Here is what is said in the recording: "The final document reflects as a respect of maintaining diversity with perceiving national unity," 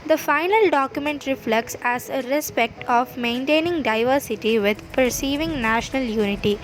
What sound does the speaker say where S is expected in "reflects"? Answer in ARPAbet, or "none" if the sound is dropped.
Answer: S